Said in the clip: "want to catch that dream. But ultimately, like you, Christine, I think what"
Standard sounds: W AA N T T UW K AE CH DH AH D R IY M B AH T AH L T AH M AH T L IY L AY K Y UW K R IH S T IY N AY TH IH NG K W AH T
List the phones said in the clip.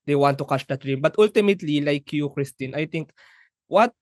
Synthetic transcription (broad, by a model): W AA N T T UW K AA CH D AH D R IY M B AH T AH L T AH M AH T L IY L AY K Y UW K R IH S T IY N AY T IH NG K W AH T